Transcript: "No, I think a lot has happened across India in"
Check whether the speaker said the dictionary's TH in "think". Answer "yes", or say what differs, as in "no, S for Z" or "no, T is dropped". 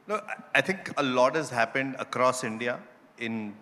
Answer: no, T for TH